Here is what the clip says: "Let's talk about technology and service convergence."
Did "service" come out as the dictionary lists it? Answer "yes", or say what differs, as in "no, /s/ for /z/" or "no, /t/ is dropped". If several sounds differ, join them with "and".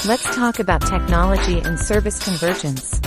yes